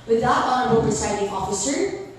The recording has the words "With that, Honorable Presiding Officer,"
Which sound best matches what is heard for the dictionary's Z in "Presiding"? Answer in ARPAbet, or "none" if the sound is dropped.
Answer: S